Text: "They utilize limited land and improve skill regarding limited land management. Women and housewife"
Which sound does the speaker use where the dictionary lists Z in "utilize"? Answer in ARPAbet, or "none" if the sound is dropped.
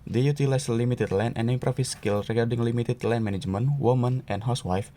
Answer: S